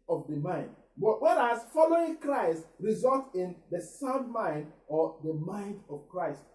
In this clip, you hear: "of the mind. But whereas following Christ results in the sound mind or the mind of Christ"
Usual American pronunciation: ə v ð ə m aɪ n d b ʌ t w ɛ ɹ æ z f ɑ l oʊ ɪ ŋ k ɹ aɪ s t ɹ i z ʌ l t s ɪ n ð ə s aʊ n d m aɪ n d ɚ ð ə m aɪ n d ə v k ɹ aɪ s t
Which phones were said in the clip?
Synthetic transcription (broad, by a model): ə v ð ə m aɪ n d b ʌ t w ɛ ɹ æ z f ɑ l oʊ ɪ ŋ k ɹ aɪ s t ɹ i z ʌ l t ɪ n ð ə s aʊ n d m aɪ n d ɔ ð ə m aɪ n d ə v k ɹ aɪ s t